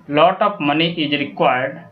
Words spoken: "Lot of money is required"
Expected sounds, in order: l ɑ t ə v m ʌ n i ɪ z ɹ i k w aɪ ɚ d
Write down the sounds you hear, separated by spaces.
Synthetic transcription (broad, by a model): l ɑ t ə p m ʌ n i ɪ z ɹ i k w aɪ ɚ d